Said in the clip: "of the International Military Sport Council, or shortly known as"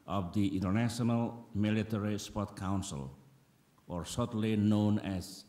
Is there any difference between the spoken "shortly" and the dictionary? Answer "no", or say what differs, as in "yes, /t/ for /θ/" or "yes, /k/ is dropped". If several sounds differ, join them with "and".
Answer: yes, /s/ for /ʃ/